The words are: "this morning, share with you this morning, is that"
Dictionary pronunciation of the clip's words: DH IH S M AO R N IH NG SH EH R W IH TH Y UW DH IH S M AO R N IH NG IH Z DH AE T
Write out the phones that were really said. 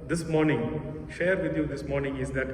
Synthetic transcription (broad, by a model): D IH S M AO R N IH NG SH EH R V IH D Y UW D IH S M AO R N IH NG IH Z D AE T